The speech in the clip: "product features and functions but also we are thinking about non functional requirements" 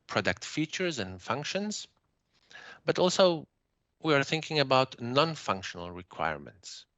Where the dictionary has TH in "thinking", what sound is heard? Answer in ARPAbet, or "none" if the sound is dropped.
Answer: TH